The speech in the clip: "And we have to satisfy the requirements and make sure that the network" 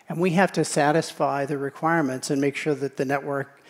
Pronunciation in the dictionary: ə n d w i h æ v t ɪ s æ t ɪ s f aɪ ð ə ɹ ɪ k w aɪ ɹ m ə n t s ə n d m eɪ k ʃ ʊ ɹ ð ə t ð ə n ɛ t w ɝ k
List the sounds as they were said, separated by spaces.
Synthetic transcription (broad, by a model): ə n w i h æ f t ɪ s æ t ɪ s f aɪ ð ə ɹ ɪ k w aɪ ɹ m ə n t s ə n m eɪ k ʃ ʊ ɹ ð ə t ð ə n ɛ t w ɝ k